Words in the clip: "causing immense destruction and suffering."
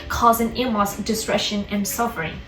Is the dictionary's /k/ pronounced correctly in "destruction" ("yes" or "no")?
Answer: no